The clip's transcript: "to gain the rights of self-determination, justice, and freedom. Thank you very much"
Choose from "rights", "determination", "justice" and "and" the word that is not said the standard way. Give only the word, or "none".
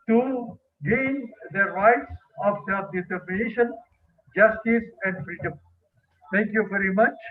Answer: none